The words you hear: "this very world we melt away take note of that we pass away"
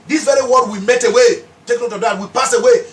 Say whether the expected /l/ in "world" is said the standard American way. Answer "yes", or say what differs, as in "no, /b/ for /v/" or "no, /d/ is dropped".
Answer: no, /l/ is dropped